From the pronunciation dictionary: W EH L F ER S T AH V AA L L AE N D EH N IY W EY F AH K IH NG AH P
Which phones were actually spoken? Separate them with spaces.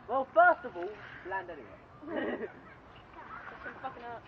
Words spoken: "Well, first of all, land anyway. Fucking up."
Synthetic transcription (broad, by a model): W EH L F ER S T AH V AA L L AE N D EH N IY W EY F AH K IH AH